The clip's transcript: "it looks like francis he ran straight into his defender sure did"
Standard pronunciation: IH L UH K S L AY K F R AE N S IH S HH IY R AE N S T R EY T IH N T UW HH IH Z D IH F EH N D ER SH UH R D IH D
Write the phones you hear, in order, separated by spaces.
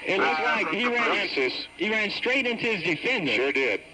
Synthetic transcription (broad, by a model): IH N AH S L AY K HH R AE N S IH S HH IY R AE N S T R EY T IH N T UW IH Z D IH F EH N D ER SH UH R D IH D